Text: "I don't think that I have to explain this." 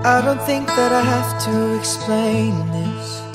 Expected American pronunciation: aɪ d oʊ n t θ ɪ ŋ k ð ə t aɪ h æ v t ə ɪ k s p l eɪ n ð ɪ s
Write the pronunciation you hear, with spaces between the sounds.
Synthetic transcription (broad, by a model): aɪ d oʊ n t θ ɪ ŋ k ð ə t aɪ h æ f t ə ɪ k s p l eɪ n ð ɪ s